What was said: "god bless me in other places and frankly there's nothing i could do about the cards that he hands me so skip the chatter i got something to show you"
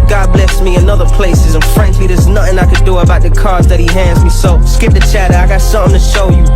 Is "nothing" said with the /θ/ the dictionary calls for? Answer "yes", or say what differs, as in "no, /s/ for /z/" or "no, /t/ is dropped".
yes